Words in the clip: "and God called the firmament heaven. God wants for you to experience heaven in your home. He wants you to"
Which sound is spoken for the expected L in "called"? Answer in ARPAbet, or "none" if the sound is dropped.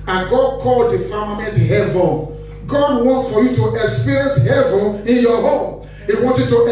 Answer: L